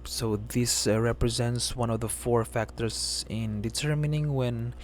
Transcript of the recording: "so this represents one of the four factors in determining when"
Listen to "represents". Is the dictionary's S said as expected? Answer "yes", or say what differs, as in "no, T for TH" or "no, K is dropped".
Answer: yes